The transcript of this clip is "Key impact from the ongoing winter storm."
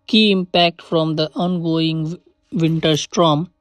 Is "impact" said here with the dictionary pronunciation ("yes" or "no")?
yes